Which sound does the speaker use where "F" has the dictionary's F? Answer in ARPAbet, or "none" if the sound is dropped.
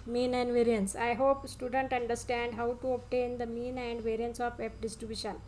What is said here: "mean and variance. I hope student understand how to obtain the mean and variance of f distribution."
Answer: P